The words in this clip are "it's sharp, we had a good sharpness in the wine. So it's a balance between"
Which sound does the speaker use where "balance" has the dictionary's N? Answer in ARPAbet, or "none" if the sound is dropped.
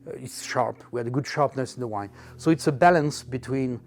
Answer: N